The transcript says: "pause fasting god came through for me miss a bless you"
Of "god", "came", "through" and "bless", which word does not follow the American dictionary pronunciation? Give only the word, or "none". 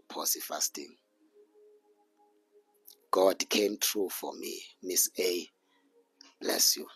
through